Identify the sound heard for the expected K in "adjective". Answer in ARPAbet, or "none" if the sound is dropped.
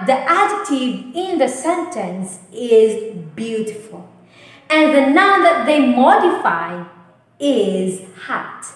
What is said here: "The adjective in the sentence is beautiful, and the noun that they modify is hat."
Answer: none